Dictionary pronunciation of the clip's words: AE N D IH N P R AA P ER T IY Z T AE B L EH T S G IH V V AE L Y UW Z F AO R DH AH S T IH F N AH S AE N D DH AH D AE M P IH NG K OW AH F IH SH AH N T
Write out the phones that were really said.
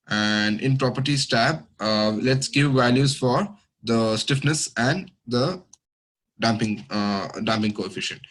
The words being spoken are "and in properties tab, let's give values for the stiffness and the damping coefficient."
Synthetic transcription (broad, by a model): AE N D IH N P R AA P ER T IY S T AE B L EH T S G IH V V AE L Y UW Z F AO R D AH S T IH F N AH S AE N D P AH D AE M P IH NG K OW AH F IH SH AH N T